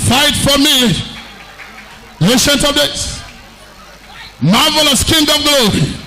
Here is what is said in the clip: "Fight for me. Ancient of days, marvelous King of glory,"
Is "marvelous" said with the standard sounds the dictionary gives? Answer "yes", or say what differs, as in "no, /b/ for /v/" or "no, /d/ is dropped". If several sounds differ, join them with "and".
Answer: yes